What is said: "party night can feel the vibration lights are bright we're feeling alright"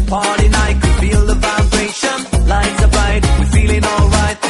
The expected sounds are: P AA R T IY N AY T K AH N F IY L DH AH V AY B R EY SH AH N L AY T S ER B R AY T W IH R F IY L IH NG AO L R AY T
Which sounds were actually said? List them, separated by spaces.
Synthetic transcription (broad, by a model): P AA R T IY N AY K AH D F IY L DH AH F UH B R EY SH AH N L AY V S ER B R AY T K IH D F IY L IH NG AO L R AY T